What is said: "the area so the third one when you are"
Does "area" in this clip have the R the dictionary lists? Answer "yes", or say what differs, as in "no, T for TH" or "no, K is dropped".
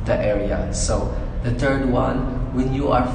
yes